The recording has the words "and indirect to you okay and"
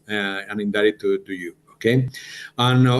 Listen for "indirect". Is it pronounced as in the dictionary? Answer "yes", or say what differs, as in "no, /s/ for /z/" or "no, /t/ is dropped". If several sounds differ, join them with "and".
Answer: no, /k/ is dropped